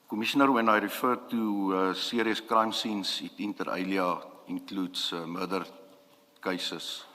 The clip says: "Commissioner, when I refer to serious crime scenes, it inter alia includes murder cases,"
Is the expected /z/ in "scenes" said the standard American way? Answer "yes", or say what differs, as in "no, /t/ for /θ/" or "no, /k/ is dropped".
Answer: no, /s/ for /z/